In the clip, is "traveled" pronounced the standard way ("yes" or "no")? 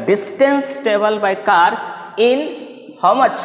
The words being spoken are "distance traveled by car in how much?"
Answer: no